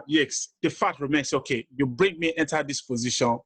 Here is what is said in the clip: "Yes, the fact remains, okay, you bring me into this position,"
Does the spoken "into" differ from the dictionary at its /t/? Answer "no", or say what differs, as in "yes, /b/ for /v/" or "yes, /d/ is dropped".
no